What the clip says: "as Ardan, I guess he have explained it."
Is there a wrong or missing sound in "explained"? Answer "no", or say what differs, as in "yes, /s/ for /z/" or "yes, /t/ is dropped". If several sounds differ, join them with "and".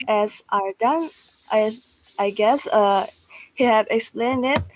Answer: no